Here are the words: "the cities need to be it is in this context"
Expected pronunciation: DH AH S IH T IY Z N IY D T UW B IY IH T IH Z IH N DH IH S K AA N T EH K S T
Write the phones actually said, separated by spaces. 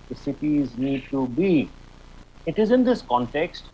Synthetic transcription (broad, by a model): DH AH S IH T IY Z N IY D T UW B IY IH T IH Z IH N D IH S K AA N T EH K S T